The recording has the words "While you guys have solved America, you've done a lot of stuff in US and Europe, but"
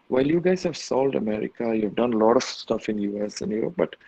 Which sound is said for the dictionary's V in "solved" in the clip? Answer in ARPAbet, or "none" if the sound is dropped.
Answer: none